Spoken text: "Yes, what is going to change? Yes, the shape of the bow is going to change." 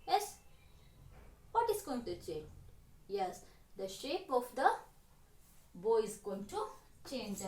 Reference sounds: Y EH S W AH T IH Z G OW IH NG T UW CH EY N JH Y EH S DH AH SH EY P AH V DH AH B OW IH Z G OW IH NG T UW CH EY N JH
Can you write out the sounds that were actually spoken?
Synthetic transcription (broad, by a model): Y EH S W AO T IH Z G OW IH NG T UW CH EY N JH Y EH S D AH SH EY P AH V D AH B OW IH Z G OW IH NG T UW CH EY N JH